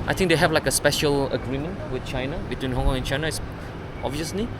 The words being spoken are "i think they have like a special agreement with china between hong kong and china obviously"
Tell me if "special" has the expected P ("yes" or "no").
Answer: yes